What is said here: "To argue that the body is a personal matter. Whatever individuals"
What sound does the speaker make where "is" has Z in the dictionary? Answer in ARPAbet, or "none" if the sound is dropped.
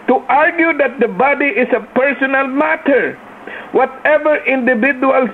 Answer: S